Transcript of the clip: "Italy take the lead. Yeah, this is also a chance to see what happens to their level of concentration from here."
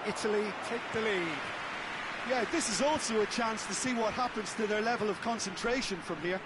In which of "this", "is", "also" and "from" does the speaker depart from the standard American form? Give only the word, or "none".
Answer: none